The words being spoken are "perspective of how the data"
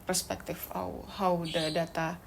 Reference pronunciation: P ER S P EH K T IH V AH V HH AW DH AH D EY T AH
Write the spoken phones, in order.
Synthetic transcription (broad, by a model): P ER S P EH K T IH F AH W HH AW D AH D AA T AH